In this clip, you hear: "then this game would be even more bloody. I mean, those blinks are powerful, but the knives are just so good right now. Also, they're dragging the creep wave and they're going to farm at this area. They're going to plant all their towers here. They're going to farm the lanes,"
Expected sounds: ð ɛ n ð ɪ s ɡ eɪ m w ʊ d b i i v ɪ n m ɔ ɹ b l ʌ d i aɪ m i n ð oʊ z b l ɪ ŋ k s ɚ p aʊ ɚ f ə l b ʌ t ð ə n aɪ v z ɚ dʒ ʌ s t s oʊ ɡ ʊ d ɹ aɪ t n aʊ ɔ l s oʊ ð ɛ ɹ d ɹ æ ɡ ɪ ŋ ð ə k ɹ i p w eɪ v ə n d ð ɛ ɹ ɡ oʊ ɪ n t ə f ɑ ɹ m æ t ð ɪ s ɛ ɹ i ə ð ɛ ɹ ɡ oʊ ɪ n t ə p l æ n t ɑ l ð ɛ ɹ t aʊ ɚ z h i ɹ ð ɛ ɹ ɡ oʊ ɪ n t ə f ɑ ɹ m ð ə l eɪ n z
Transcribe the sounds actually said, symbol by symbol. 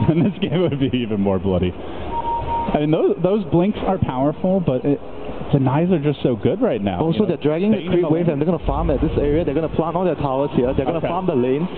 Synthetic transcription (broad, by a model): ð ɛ n ð ɪ s ɡ eɪ m w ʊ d b i i v ɪ n m ɔ ɹ b l ʌ d i aɪ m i n ð oʊ z b l ɪ ŋ k s ɚ p aʊ ɚ f l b ʌ t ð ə n aɪ z ɚ dʒ ʌ s t s oʊ ɡ ʊ d ɹ aɪ t n aʊ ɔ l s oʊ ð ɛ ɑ d ɹ æ ɡ ɪ ŋ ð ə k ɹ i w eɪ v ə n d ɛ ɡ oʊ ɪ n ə f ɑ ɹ m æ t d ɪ s ɛ ɹ i ə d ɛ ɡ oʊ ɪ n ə p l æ n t ɑ l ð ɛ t aʊ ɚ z h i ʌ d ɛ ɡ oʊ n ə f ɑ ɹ m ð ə l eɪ n